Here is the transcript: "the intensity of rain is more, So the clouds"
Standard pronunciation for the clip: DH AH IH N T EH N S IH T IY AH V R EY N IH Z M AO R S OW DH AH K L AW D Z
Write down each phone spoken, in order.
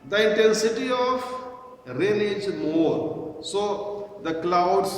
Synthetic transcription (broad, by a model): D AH IH N T EH N S IH T IY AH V R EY L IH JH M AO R S OW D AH K L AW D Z